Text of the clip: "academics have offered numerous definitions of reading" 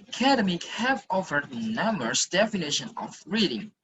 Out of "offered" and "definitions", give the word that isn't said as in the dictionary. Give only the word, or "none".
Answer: definitions